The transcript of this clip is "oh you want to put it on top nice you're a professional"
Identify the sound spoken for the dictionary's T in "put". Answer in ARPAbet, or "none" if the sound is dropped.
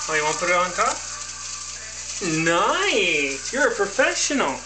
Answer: none